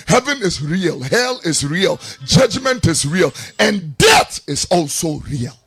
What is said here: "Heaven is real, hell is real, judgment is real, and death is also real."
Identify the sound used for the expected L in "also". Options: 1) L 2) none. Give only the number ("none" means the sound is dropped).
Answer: 1